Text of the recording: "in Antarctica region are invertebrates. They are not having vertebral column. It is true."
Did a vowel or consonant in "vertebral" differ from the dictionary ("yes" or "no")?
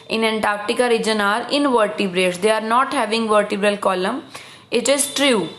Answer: no